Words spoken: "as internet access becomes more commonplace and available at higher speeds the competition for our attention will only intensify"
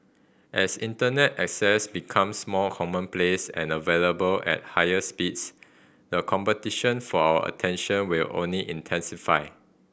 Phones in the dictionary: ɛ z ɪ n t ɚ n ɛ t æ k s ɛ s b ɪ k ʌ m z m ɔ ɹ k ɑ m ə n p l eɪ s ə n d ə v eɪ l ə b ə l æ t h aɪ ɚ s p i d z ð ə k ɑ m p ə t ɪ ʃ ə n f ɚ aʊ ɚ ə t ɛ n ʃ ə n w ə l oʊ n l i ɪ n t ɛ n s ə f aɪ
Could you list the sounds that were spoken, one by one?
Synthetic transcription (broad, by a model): ɛ s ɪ n t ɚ n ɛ t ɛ k s ɛ s b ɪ k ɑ m s m ɔ l k ɑ m ə n p l eɪ s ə n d ə v eɪ l ə b ə l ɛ t h aɪ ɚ s p i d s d ə k ɑ m p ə t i ʃ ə n f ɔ aʊ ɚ ə t ɛ n ʃ ə n w ə l oʊ n l i ɪ n t ɛ n s ə f aɪ